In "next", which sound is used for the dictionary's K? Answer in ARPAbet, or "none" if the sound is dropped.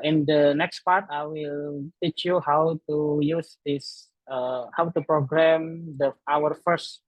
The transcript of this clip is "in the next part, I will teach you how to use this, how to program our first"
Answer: K